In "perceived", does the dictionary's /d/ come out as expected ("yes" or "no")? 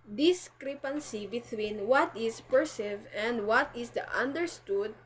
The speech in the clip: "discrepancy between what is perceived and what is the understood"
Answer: no